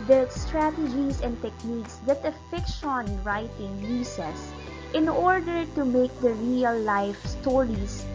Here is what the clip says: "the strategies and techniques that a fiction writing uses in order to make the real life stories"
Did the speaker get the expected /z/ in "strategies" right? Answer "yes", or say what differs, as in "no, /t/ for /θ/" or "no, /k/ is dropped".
no, /s/ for /z/